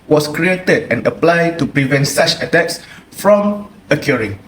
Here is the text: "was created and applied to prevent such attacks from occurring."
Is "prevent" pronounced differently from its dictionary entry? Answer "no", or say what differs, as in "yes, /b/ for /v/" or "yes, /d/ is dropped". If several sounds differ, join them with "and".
no